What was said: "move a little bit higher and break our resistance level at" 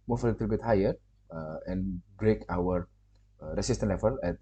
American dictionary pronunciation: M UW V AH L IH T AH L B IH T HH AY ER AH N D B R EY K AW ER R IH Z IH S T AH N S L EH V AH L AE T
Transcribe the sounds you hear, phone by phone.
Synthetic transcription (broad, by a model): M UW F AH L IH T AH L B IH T HH AY ER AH N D B R EY K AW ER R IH S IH S T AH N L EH F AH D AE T